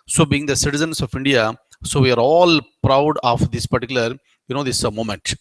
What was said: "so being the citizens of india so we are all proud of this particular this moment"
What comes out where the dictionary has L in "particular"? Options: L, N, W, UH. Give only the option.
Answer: N